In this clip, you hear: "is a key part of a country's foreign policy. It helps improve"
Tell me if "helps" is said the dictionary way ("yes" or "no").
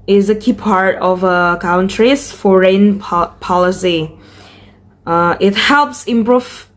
yes